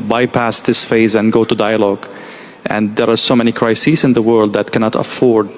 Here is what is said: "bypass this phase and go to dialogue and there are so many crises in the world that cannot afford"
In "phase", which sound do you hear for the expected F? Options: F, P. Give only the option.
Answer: F